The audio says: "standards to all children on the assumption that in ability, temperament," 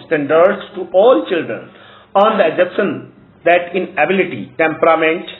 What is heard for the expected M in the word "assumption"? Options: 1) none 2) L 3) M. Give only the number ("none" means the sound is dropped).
1